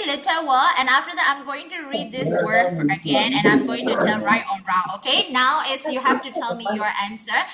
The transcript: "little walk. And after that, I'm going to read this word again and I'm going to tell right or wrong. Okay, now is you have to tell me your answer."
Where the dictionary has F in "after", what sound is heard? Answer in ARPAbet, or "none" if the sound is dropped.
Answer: F